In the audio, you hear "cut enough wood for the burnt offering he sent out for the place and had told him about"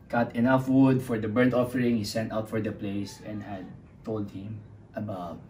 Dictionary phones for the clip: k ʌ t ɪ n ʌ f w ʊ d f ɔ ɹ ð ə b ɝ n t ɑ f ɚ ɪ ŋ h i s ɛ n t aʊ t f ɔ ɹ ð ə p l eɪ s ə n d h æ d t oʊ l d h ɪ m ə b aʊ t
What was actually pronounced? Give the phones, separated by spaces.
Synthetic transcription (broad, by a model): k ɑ t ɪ n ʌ f w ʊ d f ɔ ɹ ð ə b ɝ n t ɑ f ɚ ɪ ŋ h i s ɛ n t aʊ t f ɔ ɹ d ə p l eɪ s ə n d h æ d t oʊ l d h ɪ m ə b aʊ t